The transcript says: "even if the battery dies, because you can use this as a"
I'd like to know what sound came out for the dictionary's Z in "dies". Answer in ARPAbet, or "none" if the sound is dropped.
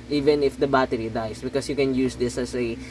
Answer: S